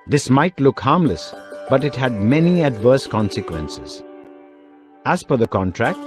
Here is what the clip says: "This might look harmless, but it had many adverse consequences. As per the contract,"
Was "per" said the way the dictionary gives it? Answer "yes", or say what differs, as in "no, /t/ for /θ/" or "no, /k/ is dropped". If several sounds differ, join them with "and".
no, /f/ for /p/